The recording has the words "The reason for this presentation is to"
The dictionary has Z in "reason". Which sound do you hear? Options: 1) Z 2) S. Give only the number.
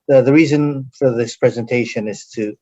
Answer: 1